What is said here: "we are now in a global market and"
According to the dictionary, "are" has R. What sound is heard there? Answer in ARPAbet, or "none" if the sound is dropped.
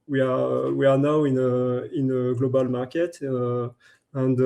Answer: W